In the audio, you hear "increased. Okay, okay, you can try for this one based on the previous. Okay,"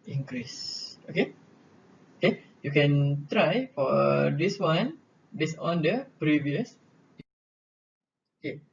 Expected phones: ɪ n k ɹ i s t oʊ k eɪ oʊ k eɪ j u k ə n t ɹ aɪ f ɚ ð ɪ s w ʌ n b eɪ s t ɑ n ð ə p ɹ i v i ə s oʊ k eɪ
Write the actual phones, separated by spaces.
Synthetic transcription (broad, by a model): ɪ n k ɹ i s oʊ k eɪ oʊ k eɪ j u k ə n t ɹ aɪ f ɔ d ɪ s w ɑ n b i s ɑ n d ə p ɹ i v i ə s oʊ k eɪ